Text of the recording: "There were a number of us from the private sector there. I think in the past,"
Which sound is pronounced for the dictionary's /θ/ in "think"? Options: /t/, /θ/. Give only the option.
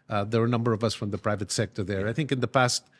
/θ/